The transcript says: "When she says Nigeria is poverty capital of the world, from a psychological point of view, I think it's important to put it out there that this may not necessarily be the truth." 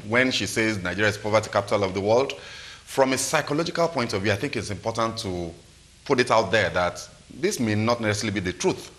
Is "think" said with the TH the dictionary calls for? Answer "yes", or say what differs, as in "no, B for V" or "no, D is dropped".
yes